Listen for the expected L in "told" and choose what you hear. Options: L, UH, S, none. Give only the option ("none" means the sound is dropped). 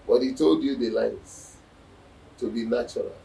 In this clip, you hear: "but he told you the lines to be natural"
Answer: L